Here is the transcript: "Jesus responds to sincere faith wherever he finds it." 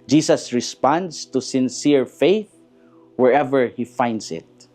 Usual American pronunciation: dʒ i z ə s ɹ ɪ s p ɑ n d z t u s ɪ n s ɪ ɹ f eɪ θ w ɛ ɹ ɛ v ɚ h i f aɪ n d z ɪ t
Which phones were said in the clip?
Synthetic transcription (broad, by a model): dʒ i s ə s ɹ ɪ s p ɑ n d s t u s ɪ n s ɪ ɹ f eɪ θ w ɛ ɹ ɛ v ɚ h i f aɪ n d s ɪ t